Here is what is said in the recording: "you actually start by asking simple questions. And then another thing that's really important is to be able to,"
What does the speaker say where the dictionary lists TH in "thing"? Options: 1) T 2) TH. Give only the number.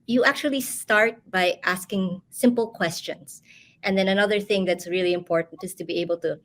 2